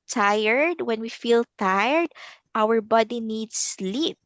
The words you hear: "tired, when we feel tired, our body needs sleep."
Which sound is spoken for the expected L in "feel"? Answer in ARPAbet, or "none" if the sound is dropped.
L